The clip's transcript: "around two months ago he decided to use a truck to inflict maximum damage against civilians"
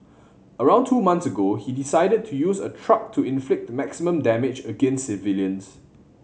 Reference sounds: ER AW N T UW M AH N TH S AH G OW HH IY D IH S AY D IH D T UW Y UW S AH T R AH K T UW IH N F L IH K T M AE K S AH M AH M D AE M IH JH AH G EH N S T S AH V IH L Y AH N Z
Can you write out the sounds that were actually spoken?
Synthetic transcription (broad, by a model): ER AW N T UW M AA N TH S AH G OW HH IY D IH S AY D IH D T UW Y UW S AH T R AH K T UW IH N F L IH K T M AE K S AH M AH M D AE M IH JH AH G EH N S S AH V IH L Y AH N S